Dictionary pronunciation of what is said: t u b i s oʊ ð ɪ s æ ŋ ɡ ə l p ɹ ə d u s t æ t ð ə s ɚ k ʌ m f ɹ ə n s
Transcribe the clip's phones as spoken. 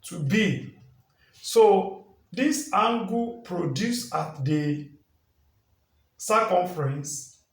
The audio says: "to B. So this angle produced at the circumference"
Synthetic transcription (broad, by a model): t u b i s oʊ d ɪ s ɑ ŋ ɡ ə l p ɹ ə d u s ɑ t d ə s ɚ k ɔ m f ɹ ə n s